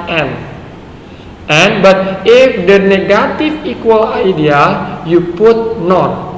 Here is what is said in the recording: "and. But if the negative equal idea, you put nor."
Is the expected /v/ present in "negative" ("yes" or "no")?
no